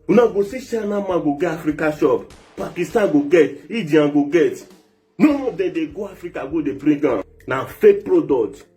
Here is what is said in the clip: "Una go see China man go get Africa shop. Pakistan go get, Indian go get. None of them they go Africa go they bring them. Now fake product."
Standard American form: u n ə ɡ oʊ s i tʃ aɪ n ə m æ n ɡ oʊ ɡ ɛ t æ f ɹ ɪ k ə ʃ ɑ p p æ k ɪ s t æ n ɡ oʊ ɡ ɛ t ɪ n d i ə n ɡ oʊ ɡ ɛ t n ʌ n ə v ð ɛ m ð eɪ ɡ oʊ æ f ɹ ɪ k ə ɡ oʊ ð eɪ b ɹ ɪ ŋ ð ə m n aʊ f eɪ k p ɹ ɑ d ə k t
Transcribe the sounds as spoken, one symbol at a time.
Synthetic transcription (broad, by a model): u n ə ɡ oʊ s i ʃ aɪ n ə m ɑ ɡ oʊ ɡ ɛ ɑ f ɹ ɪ k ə ʃ ɑ p p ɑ k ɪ s t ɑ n ɡ oʊ ɡ ɛ t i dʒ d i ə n ɡ oʊ ɡ ɛ t n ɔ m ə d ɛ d eɪ ɡ oʊ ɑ f ɹ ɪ k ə ɡ oʊ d eɪ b ɹ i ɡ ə n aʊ f eɪ k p ɹ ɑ d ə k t